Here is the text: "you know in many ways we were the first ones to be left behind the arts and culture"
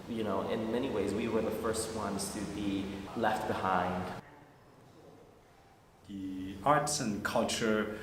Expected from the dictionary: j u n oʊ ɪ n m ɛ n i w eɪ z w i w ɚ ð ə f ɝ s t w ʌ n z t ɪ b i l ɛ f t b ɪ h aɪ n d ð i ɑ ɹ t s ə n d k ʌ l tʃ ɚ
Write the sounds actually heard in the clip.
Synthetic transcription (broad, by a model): j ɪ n oʊ ɪ n m ɛ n i w eɪ z w i w ɚ ð ə f ɝ s t w ʌ n z t ɪ b i l ɛ f t b ɪ h aɪ n d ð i ɑ ɹ t s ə n k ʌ l tʃ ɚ